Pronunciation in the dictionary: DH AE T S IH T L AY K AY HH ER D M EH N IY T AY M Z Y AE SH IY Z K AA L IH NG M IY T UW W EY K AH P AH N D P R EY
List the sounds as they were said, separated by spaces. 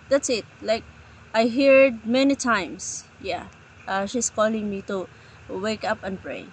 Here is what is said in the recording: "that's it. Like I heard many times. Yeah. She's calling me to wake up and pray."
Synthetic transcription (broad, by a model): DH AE T S IH T L AY K AY HH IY D M EH N IY T AY M S Y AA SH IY S K AA L IH NG M IY T UW W EY K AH P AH N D P R EY